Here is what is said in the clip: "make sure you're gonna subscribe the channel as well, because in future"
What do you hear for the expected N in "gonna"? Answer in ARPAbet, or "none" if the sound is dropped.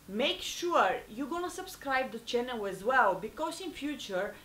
N